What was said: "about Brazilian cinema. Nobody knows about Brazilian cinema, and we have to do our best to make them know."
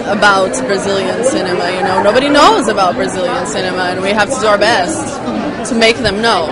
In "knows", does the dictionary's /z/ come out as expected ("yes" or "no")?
yes